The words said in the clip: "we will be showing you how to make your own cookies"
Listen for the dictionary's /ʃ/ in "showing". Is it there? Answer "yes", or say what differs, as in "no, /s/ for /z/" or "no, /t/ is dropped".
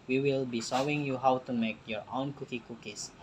no, /s/ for /ʃ/